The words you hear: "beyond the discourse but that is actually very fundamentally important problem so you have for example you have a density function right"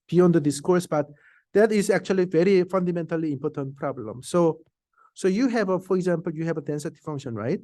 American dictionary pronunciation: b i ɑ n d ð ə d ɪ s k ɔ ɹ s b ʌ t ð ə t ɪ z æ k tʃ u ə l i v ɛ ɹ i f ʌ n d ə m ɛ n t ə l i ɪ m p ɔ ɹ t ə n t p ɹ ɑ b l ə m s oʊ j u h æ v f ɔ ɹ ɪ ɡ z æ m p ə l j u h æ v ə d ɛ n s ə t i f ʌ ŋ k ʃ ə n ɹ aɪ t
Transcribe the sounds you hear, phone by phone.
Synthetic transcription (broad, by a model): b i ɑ n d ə d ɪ s k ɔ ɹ s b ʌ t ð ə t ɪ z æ k tʃ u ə l i v ɛ ɹ i f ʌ n d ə m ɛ n t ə l i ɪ m p ɔ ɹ t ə n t p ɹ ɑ b l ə m s oʊ j u h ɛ v f ɔ ɹ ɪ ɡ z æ m p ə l j u h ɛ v ə d ɛ n s ə t i f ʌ ŋ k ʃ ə n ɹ aɪ t